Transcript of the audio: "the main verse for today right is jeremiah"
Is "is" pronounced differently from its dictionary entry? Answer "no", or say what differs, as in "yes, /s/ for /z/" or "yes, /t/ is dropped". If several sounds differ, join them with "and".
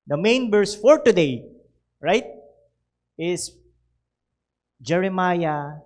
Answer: yes, /s/ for /z/